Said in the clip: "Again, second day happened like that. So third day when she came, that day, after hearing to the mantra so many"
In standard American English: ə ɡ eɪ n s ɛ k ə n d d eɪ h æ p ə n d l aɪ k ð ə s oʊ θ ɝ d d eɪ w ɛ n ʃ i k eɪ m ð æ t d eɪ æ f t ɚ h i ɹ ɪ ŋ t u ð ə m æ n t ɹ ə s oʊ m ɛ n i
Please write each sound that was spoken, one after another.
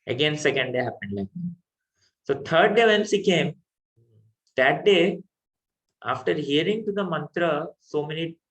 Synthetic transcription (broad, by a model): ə ɡ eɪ n s ɛ k ə n d d eɪ h æ p ə n d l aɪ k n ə s oʊ t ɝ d d eɪ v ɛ n s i k eɪ m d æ t d eɪ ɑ f t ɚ h i ɹ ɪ ŋ t u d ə m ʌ n t ɹ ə s oʊ m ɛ n i